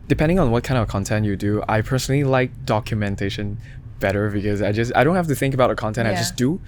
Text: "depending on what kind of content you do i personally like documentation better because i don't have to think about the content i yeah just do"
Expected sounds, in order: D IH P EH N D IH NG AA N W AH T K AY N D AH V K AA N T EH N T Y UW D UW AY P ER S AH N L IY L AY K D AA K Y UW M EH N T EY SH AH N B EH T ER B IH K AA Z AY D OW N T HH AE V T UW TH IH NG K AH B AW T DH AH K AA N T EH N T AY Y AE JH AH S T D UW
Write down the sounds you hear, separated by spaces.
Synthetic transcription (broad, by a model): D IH P EH N D IH NG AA N W AH T K AY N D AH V K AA N T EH N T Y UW D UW AY P ER S AH N L IY L AY K D AA K Y UW M EH N T EY SH AH N B EH T ER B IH K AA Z AY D OW N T HH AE F T UW TH IH NG K AH B AW T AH K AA N T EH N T AY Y JH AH S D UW